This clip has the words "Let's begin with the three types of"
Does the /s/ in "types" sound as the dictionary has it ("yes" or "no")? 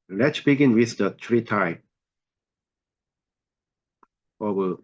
no